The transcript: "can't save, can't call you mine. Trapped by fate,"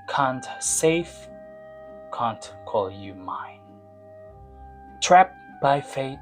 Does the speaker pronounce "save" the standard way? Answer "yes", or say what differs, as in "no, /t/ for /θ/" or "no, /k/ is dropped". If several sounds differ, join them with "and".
no, /f/ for /v/